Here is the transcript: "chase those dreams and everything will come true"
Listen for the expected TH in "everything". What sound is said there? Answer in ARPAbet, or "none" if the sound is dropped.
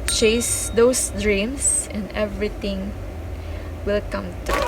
T